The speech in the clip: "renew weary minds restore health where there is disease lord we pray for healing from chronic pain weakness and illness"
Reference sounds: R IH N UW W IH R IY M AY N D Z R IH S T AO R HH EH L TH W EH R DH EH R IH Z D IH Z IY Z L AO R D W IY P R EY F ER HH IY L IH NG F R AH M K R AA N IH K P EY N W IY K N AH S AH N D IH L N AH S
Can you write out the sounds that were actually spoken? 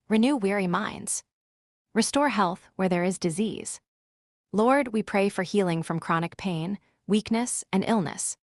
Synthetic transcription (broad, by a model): R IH N UW W IH R IY M AY N D Z R IH S T AO R HH EH L TH W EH R DH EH R IH Z D IH Z IY Z L AO R D W IY P R EY F ER HH IY L IH NG F R AH M K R AA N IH K P EY N W IY K N AH S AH N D IH L N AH S